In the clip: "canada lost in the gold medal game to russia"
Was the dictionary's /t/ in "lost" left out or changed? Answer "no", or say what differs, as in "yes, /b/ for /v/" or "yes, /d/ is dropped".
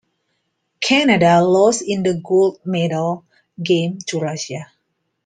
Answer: yes, /t/ is dropped